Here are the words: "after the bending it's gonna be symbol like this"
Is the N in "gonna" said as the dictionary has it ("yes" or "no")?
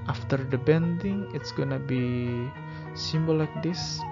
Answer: yes